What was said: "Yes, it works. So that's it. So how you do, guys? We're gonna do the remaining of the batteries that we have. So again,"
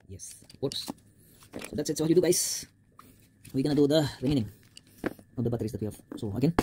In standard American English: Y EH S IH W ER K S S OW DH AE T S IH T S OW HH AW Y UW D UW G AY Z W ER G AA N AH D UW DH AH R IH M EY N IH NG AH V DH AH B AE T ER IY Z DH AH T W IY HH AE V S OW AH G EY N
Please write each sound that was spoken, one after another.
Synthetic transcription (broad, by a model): Y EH S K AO S S OW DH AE T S IH T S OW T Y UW D UW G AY S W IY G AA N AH D UW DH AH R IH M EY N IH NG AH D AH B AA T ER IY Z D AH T W IY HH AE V S OW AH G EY N